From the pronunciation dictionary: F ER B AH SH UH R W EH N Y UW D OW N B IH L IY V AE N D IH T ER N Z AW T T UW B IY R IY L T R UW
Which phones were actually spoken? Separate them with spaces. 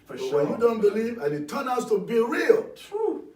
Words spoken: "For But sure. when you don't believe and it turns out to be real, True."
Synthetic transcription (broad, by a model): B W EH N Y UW D OW N B IH L IY V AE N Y IH T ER N AW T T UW B IY R IY L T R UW